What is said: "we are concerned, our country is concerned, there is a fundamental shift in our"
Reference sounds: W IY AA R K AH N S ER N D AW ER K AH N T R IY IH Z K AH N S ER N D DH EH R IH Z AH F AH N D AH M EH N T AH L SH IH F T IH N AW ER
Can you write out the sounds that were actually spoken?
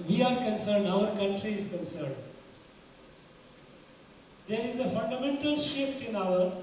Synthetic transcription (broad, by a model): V IY AA R K AH N S ER N D AW ER K AH N T R IY IH Z K AH N S ER N D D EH R IH Z AH F AH N D AH M EH N T AH L SH IH F T IH N AW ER